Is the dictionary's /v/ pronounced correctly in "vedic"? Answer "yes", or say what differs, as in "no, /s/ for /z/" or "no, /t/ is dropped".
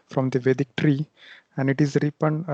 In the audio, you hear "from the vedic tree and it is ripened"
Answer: yes